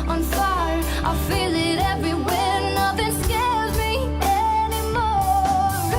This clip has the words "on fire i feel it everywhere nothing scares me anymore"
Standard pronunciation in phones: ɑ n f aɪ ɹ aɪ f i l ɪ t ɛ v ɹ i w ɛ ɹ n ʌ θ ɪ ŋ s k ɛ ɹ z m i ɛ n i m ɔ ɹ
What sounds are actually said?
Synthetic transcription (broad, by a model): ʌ n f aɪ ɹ aɪ f i l ɪ t ɛ v ɹ i w ɛ ɹ n ʌ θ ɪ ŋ s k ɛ l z m i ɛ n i m ɔ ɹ